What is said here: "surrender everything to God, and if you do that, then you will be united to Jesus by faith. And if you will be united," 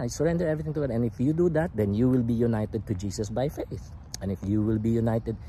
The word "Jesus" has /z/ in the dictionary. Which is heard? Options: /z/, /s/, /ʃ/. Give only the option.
/s/